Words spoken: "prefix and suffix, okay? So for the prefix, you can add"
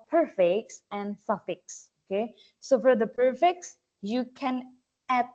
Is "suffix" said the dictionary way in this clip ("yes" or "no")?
yes